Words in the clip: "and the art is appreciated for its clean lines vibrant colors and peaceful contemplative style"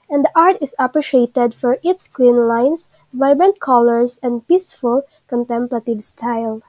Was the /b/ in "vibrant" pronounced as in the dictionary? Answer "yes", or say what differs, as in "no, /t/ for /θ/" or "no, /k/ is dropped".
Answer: yes